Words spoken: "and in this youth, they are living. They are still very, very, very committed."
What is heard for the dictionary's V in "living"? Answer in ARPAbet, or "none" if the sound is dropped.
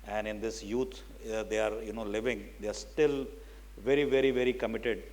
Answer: V